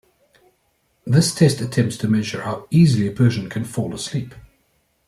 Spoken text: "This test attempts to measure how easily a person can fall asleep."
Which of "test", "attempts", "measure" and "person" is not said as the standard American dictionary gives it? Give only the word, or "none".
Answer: person